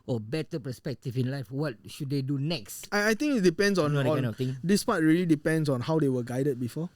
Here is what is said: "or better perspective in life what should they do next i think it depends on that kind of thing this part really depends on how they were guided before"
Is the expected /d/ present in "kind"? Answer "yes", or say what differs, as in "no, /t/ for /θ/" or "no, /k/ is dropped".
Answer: no, /d/ is dropped